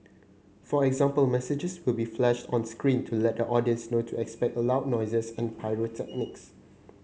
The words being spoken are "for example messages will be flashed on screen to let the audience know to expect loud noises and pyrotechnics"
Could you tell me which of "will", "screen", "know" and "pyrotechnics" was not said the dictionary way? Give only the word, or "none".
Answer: none